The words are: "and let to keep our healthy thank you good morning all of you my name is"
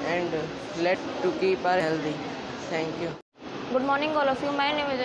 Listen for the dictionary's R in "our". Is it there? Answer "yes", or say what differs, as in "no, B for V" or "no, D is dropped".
yes